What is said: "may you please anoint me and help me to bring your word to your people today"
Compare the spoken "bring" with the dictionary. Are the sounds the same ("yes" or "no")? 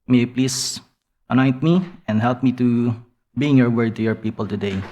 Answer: no